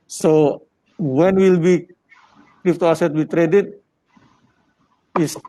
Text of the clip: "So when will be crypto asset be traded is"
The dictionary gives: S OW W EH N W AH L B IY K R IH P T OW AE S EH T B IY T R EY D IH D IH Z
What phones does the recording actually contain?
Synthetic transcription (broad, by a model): S OW W EH N W AH L B IY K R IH F T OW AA S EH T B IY T R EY D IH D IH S